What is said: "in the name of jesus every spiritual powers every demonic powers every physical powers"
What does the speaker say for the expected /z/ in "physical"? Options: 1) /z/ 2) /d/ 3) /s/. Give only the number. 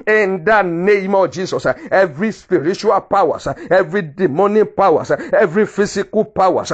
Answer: 3